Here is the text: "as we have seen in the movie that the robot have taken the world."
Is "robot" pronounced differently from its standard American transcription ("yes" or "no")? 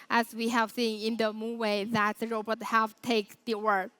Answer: no